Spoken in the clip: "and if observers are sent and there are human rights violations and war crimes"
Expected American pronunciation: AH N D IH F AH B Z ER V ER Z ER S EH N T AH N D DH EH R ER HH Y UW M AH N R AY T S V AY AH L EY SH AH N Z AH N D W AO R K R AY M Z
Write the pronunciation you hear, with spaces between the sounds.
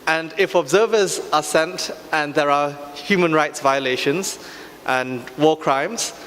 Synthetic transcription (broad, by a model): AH N D IH F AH B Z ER V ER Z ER S EH N T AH N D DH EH R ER HH Y UW M AH N R AY T S V AY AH L EY SH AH N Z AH N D W AO K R AY M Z